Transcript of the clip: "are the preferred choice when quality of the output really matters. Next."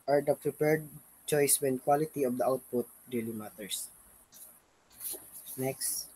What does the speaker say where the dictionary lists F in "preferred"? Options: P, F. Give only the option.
P